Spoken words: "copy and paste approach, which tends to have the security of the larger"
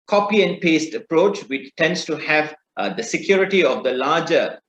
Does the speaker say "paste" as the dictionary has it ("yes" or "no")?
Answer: yes